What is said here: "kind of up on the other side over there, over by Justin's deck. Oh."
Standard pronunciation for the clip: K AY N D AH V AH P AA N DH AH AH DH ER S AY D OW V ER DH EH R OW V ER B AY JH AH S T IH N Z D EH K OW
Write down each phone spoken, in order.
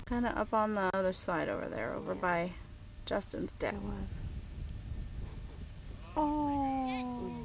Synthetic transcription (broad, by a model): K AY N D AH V AH P N DH AH AH DH ER S AY D OW V ER DH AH R OW V ER B AY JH AH S T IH N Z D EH OW